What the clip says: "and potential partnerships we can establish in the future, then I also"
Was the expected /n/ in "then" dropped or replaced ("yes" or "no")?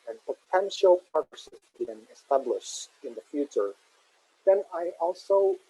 no